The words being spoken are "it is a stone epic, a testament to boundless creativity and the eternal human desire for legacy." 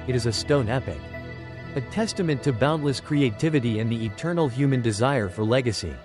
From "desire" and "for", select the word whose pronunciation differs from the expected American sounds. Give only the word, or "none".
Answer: none